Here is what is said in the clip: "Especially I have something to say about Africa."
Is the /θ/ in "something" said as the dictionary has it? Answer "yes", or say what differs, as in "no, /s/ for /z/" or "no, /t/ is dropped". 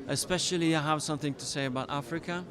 yes